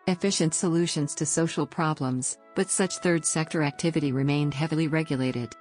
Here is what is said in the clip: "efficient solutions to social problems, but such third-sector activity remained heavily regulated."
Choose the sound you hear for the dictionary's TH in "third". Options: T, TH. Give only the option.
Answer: TH